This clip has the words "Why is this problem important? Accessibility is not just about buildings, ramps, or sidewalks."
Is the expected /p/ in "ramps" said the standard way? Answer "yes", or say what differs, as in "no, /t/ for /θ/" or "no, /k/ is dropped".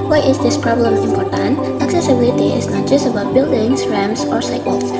no, /p/ is dropped